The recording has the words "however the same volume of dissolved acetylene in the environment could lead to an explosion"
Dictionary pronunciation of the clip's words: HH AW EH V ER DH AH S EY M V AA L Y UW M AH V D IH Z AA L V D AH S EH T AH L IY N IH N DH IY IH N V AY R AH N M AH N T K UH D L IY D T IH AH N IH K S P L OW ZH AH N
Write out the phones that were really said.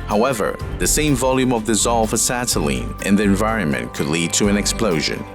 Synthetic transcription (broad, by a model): HH AW EH V ER DH AH S EY M V AA L Y UW M AH V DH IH Z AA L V AH S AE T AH L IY N IH N DH IY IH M V AY R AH N M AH N K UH D L IY D T IH AH N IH K S P L OW ZH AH N